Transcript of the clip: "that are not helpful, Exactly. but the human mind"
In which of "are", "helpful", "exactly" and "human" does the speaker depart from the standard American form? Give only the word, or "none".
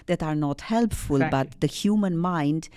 exactly